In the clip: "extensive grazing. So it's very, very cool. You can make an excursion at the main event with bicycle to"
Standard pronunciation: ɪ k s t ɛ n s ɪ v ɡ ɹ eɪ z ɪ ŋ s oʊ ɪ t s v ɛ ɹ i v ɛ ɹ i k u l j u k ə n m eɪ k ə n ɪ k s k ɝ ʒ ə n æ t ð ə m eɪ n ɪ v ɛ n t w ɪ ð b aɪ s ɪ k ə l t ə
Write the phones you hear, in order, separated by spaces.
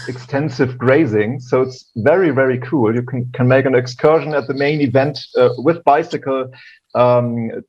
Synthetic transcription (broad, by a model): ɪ k s t ɛ n s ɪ v ɡ ɹ eɪ z ɪ ŋ s oʊ ɪ t s v ɛ ɹ i v ɛ ɹ i k u l j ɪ k ə n m eɪ k ə n ɪ k s k ɝ ʒ ə n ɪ t ð ə m eɪ n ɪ v ɛ n t w ɪ ð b aɪ s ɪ k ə l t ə